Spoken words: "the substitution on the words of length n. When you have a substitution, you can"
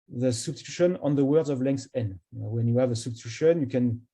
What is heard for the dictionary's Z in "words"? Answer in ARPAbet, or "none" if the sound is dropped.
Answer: Z